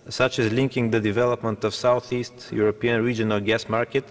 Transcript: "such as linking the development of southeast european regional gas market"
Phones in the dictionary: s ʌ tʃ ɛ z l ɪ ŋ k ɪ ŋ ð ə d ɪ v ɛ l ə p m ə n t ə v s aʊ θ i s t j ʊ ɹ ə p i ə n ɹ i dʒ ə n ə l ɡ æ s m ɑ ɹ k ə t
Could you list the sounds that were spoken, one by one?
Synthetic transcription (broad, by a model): s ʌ tʃ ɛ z l ɪ ŋ k ɪ ŋ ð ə d ɪ v ɛ l ə p m ə n t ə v s aʊ θ i s t j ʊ ɹ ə p i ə n ɹ i dʒ ə n ə l ɡ æ s m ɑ ɹ k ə t